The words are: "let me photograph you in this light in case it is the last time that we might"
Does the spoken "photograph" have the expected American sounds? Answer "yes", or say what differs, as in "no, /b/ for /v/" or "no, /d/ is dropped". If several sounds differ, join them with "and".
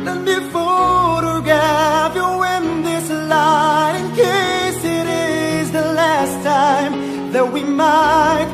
no, /ɹ/ is dropped